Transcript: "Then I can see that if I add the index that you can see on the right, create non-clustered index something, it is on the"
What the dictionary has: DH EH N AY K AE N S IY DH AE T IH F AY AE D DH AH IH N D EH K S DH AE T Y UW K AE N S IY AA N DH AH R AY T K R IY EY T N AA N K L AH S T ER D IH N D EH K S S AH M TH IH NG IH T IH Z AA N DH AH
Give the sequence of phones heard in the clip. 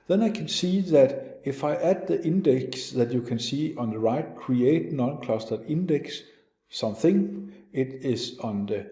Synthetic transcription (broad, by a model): DH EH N AY K AE N S IY DH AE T IH F AY AE D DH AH IH N D EH K S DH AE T Y UW K AE N S IY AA N DH AH R AY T K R IY EY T N AA N K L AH S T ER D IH N D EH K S S AH M TH IH NG IH T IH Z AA N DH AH